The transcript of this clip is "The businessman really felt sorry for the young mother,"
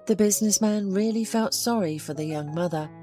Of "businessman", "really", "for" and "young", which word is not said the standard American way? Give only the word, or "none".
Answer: none